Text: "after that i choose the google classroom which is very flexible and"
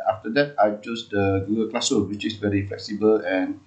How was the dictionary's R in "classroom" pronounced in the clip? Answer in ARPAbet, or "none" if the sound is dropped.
none